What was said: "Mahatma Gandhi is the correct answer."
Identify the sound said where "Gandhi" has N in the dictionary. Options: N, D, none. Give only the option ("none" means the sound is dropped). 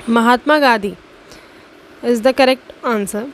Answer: none